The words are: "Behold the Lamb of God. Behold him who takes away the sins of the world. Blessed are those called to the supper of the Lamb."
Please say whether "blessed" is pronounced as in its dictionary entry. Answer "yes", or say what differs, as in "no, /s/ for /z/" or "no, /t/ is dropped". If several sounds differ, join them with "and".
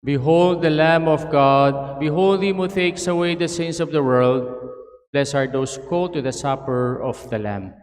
no, /t/ is dropped